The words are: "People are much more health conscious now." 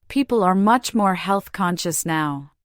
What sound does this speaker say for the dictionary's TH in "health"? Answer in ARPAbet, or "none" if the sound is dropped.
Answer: TH